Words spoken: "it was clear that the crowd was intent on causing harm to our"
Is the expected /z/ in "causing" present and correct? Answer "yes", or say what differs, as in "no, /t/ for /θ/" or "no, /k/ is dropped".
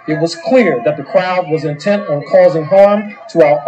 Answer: yes